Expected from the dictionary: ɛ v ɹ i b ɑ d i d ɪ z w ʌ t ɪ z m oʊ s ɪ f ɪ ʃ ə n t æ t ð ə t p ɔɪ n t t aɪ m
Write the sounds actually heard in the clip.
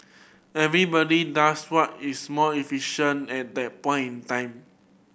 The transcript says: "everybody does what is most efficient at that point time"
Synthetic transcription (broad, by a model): ɛ v ɹ i b ɑ d i d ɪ s w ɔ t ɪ s m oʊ ɪ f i ʃ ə n ɛ t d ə t p ɔɪ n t t aɪ m